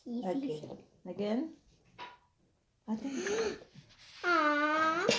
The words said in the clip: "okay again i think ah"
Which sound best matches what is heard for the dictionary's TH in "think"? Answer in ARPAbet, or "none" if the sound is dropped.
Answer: T